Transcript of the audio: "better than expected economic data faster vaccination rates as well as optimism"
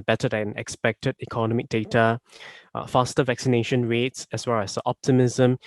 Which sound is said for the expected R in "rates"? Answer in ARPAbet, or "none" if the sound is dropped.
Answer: R